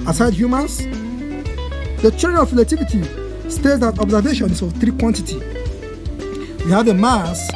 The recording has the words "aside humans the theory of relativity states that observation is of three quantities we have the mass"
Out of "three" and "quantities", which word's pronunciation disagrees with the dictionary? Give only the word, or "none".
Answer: quantities